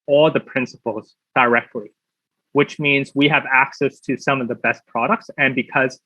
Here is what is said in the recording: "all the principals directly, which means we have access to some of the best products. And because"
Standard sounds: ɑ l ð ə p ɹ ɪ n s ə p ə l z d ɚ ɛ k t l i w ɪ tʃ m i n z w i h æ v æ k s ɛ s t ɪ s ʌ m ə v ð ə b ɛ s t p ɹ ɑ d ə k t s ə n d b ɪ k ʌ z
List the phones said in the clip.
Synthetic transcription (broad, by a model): ɑ l ð ə p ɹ ɪ n s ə p l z d ɚ ɛ k t l i w ɪ tʃ m i n z w i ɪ v æ k s ɛ s t ɪ s ʌ m ə v ð ə b ɛ s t p ɹ ɑ d ə k t s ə n b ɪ k ʌ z